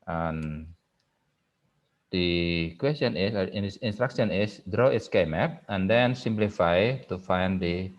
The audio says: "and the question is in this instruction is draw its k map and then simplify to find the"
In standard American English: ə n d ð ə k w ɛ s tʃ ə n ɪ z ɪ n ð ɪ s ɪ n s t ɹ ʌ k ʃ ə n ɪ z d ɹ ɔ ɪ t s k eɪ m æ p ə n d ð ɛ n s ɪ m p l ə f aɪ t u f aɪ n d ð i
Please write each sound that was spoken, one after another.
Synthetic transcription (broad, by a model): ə n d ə k w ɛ s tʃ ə n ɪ s ɪ n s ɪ n s t ɹ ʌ k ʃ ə n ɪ s d ɹ ɔ ɪ t s k eɪ m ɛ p ə n d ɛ n s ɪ m p l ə f aɪ t u f aɪ n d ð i